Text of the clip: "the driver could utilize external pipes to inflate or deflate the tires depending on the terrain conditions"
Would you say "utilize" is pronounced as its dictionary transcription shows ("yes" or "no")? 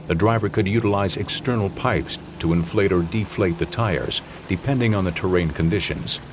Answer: yes